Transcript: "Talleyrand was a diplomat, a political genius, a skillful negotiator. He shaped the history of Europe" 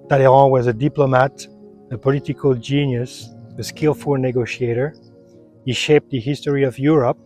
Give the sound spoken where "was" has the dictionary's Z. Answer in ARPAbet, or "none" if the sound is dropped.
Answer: Z